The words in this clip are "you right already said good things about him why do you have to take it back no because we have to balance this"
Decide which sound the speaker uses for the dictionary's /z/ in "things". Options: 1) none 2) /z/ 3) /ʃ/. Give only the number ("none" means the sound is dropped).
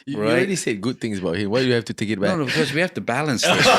2